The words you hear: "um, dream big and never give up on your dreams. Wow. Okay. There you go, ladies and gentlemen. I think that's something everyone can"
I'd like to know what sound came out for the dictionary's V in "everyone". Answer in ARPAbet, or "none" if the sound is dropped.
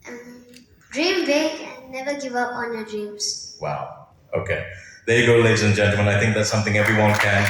V